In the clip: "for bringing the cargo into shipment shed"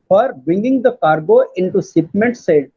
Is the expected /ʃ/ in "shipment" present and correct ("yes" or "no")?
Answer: no